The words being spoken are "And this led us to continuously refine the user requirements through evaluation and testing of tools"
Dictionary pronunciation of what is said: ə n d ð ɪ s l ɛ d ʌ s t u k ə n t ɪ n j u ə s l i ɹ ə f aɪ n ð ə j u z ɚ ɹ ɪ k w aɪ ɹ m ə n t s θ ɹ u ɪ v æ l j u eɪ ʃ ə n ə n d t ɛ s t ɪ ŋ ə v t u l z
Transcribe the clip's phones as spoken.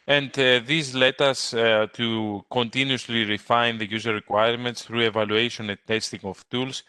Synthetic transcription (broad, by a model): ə n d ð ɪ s l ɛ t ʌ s t u k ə n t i n j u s l i ɹ ə f aɪ n ð ə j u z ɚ ɹ ɪ k w aɪ ɹ m ə n t s θ ɹ u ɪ v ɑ l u eɪ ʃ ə n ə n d t ɛ s t ɪ ŋ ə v t u l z